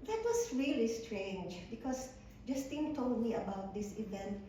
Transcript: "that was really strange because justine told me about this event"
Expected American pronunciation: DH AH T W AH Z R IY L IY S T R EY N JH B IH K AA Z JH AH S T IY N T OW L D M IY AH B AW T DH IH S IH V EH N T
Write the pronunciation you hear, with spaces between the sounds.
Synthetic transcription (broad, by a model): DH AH T W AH S R IY L IY S T R EY N JH B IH K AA S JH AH S T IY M T OW L D M IY AH B AW T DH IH S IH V EH N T